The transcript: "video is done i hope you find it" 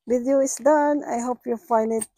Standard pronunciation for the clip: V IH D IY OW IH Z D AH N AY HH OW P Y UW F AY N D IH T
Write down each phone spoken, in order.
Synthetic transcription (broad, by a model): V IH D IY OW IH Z D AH N AY HH OW P Y UW F AY N D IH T